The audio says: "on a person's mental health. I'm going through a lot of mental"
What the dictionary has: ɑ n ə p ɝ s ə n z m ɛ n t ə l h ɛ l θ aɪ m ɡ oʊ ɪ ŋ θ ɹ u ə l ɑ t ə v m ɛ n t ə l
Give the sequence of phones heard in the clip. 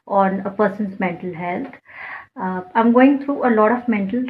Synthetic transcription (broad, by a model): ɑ n ə p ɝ s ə n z m ɛ n t ə l h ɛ l t aɪ m ɡ oʊ ɪ ŋ t ɹ u ə l ɑ t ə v m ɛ n t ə l